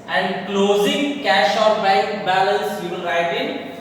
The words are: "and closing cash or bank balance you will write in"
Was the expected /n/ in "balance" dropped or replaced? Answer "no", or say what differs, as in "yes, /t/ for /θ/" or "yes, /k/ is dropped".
yes, /l/ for /n/